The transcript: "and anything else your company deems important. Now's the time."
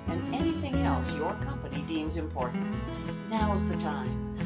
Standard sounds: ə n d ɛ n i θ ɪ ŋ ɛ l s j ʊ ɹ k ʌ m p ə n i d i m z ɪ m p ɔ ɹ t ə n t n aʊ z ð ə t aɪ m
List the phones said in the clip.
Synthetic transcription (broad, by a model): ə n ɛ n i θ ɪ ŋ ɛ l s j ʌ ɹ k ʌ m p ə n i d i m z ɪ m p ɔ ɹ t n t n aʊ z ð ə t aɪ m